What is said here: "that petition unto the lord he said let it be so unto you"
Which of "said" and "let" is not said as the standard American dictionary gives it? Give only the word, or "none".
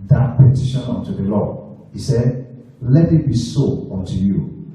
none